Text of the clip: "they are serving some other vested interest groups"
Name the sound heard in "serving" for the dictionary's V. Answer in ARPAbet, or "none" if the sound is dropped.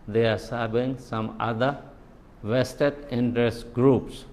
B